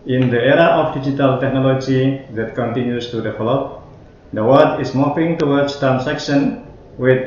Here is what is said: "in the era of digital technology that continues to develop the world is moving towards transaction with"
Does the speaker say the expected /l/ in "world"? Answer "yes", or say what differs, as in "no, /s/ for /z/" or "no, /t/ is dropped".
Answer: no, /l/ is dropped